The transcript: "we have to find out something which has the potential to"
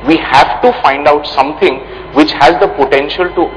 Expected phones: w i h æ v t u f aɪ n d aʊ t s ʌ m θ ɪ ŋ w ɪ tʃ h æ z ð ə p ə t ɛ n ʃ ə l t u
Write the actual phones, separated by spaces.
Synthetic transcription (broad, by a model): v i h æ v t u f aɪ n d aʊ t s ʌ m t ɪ ŋ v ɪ tʃ h æ z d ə p ə t ɛ n ʃ ə l t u